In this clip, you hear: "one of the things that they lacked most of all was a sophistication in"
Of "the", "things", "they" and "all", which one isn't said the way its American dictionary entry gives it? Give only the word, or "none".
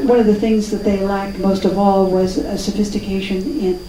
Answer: none